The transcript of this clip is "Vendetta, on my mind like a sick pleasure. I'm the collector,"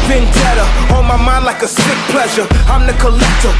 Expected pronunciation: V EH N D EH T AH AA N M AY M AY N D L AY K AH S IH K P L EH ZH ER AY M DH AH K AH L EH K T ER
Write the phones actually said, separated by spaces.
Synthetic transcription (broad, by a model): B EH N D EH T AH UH L M AY M AY N D L AY K AH S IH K P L EH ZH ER AY M DH AH K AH L EH K T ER